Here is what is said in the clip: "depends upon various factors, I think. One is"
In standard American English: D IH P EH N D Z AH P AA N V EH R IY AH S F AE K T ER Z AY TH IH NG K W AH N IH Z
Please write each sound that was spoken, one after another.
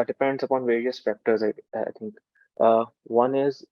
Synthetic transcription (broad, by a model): D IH P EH N D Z AH P AA N V EH R IY AH S F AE K T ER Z AY T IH NG K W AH N IH Z